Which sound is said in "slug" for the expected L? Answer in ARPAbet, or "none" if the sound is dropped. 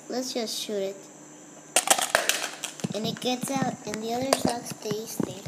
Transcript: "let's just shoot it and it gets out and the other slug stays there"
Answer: none